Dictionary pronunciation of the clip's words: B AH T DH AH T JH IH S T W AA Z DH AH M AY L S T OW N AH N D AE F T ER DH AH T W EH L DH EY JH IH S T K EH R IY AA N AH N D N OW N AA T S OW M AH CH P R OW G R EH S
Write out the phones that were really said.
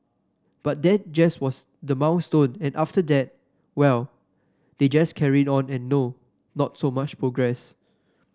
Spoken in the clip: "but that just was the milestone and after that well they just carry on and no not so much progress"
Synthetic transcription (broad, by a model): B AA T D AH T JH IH S W AA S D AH M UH N S T OW N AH N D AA F T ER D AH T W EH L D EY JH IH S K EH R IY AA N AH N N OW N AA T S OW M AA CH P R OW G R EH S